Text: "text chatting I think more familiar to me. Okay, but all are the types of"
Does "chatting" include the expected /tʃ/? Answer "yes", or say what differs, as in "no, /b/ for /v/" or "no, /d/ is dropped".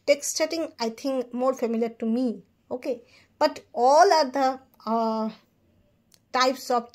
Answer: no, /s/ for /tʃ/